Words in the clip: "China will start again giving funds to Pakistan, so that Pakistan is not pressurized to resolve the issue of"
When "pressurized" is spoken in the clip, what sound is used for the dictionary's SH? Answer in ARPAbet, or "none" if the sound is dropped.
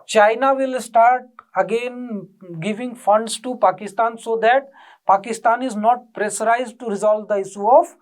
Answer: S